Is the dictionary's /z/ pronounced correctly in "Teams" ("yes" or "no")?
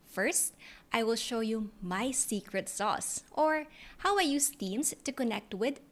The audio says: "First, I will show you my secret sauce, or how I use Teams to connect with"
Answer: no